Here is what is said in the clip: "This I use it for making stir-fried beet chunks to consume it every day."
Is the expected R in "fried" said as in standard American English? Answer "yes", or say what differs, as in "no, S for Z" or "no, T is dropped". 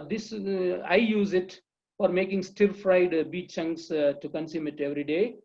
yes